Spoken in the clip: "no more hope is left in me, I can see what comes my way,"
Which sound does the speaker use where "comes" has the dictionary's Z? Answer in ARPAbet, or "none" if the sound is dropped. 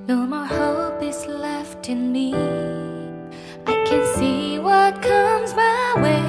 Z